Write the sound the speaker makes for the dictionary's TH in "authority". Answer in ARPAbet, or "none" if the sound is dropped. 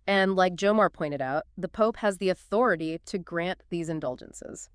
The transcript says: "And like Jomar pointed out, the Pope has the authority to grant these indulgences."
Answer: TH